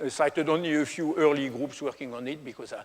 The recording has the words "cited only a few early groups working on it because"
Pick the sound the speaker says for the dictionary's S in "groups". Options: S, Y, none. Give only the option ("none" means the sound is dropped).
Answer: S